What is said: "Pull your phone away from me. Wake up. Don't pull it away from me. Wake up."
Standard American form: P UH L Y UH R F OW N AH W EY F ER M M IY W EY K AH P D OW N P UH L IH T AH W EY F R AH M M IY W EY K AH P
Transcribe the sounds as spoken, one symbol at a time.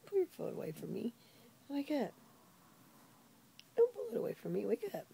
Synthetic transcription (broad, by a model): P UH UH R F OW L AH W EY F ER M M IY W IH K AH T D OW N P UH L IH T AH W EY F R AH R M IY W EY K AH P